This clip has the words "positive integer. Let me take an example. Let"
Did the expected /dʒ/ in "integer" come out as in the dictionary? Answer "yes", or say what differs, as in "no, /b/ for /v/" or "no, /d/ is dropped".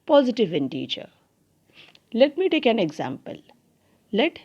no, /tʃ/ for /dʒ/